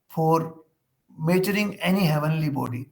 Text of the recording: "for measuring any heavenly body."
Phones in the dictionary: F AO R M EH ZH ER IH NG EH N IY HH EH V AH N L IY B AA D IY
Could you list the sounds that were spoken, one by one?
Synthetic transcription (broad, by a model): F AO R M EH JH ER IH NG EH N IY HH EH V AH N L IY B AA D IY